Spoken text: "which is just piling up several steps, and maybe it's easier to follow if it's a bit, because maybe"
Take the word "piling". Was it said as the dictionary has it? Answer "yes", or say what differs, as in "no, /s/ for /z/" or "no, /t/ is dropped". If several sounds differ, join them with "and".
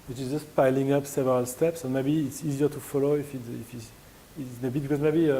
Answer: yes